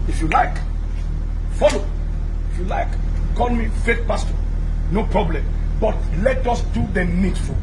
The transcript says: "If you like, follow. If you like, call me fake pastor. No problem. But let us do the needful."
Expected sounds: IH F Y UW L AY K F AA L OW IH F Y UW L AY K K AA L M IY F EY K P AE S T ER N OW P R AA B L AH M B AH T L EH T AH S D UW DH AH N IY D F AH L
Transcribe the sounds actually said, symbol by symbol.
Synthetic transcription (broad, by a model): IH F Y UW L AY K F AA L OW IH F Y UW L AY K K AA N M IY F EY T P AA S T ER N OW P R AA B L AH M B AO T L EH T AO S D UW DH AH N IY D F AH